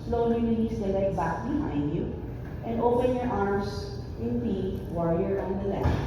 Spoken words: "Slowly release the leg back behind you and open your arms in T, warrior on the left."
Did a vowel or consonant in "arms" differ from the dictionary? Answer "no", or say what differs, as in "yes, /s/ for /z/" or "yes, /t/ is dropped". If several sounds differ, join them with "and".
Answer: yes, /s/ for /z/